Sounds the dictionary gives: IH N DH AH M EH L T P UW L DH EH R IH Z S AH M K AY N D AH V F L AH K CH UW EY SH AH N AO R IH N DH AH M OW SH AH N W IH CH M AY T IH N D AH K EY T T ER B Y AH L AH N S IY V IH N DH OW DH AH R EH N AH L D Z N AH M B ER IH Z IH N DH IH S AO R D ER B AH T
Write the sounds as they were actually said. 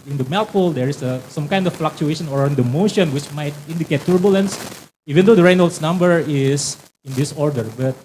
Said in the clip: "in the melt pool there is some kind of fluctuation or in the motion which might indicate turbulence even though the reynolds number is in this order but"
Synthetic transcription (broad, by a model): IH N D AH M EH L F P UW L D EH R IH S S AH M K AY N D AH F F L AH K CH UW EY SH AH N AO R IH N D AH M OW SH AH N W IH CH M AY T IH N D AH K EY T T B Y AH L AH N S IY V IH N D OW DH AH R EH N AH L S N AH M B ER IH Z IH N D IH S AO R D ER B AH T